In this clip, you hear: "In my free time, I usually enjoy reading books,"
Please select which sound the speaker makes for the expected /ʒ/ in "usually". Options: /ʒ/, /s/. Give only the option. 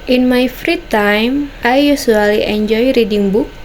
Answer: /s/